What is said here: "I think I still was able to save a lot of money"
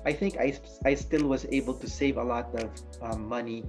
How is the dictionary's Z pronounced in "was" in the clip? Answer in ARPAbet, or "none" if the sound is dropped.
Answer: Z